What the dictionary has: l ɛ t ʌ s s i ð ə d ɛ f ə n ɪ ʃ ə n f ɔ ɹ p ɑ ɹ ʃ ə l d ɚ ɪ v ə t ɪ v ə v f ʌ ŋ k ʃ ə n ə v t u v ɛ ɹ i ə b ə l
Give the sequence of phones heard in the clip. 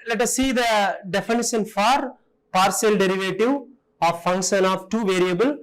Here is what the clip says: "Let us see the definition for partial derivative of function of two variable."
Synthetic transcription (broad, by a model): l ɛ t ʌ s s i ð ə d ɛ f ə n ɪ ʃ ə n f ɔ ɹ p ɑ ɹ s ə l d ɚ ɪ v ə t ɪ v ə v f ʌ ŋ k ʃ ə n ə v t u v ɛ ɹ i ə b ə l